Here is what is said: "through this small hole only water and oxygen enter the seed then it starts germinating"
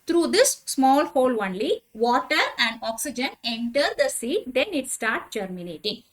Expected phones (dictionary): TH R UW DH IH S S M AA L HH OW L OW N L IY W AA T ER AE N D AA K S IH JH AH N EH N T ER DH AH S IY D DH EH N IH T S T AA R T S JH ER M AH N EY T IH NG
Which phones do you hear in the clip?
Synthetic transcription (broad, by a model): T R UW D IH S S M AA L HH OW L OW N L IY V AA T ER AE N D AA K S IH JH AH N EH N T ER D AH S IY D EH N IH T S T AA R T S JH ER M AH N EY T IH NG